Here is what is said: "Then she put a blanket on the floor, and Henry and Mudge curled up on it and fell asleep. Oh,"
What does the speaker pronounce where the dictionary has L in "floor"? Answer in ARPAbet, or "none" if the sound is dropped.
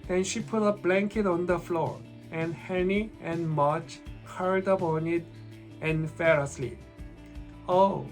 L